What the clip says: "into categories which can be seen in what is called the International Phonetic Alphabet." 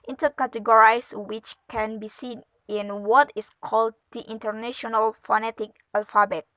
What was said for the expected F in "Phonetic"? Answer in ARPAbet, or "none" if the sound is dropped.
F